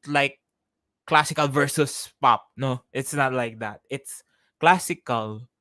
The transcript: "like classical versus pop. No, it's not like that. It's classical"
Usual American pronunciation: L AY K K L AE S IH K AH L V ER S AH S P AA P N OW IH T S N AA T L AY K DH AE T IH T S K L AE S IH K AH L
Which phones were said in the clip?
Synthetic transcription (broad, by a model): L AY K K L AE S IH K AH L V ER S AH S P AA P N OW IH T S N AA T L AY K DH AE T IH T S K L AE S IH K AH L